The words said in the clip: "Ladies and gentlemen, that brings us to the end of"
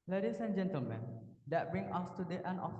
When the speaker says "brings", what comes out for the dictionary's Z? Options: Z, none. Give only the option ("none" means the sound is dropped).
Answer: none